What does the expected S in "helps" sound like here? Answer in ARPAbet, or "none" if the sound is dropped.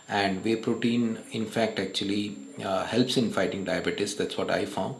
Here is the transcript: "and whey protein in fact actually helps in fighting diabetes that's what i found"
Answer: S